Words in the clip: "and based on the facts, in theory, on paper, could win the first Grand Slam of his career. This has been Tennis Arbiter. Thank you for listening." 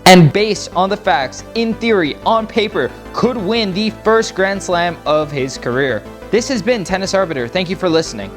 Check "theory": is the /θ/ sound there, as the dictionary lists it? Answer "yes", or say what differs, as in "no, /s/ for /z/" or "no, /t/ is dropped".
yes